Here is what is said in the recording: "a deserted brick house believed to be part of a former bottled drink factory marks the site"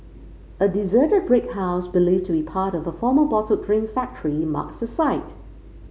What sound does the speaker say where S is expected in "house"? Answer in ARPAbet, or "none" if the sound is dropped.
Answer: S